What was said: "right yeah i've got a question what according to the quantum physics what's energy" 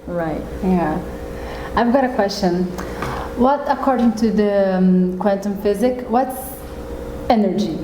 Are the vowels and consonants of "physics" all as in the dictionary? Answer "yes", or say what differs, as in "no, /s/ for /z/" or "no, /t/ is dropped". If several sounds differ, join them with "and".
no, /s/ is dropped